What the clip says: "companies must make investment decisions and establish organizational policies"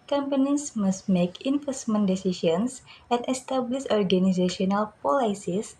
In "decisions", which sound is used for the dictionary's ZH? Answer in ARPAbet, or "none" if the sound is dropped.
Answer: SH